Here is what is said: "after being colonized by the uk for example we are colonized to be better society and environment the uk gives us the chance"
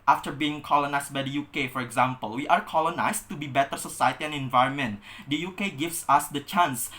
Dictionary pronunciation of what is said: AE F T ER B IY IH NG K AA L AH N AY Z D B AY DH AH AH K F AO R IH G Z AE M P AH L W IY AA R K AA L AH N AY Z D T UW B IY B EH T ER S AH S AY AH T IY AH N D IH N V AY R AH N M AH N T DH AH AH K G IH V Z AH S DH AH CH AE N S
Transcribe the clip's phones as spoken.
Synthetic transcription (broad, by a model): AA F T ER B IY IH NG K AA L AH N AY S B AY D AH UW K F AO R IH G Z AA M P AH L W IY AA R K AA L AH N AY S T UW B IY B EH T ER S AH S AY AH T IY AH N IH N V AY R AH N M AH N T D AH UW K G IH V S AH S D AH CH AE N S